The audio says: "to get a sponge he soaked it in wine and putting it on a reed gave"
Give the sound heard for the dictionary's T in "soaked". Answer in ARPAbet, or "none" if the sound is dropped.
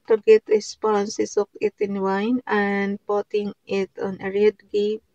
none